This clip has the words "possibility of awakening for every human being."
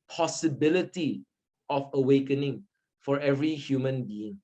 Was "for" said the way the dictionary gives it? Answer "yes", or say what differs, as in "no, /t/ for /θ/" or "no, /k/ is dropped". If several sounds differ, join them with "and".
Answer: yes